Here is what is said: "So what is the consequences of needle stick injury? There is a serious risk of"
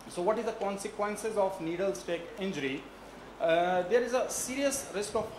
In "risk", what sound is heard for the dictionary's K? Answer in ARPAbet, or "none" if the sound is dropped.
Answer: K